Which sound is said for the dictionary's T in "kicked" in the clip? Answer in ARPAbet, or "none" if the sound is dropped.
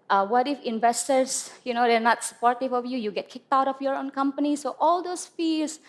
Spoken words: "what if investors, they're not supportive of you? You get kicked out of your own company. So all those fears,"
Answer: T